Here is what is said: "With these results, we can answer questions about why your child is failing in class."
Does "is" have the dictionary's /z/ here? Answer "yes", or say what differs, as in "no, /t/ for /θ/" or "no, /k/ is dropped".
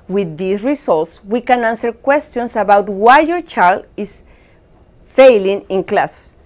no, /s/ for /z/